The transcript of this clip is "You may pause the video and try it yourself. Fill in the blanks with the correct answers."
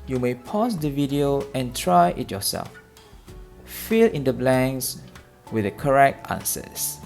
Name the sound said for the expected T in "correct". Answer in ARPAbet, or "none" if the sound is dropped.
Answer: T